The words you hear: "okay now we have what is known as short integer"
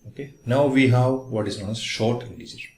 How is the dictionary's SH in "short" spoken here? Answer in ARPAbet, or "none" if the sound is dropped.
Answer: SH